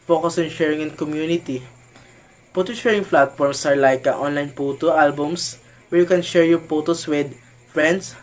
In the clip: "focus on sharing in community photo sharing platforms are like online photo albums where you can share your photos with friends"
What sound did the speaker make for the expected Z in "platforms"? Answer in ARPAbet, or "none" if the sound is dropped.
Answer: S